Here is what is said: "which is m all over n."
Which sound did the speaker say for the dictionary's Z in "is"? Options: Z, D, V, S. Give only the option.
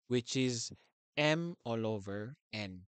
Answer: Z